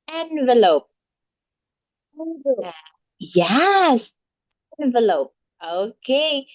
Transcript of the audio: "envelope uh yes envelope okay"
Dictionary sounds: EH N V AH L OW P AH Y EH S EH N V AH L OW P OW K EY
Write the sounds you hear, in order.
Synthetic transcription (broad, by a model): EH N V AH L OW P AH Y EH S EH N V AH L OW P OW K EY